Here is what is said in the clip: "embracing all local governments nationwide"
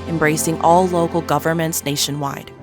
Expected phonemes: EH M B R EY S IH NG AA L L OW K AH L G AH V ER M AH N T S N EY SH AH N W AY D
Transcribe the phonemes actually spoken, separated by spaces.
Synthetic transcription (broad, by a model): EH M B R EY S IH NG AA L L OW K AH L G AH V ER M AH N T S N EY SH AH N W AY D